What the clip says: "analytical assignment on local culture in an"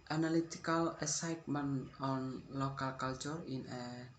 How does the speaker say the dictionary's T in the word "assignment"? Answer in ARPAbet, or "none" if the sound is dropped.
none